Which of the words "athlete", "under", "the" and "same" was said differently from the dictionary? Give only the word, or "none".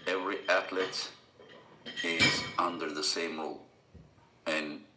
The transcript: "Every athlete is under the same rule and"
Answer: athlete